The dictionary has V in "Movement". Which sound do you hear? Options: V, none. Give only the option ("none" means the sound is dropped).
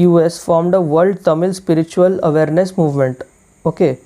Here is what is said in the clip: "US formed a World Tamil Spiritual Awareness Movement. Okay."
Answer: V